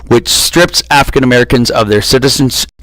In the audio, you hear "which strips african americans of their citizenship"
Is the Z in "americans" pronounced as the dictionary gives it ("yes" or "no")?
yes